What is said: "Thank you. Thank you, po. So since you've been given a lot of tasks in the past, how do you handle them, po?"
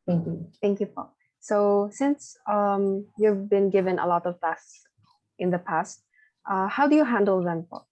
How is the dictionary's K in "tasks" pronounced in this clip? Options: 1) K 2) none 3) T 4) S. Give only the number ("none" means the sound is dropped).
2